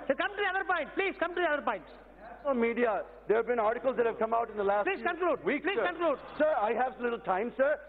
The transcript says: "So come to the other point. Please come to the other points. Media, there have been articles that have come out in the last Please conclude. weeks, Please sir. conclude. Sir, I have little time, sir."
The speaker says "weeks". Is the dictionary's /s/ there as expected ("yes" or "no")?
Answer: no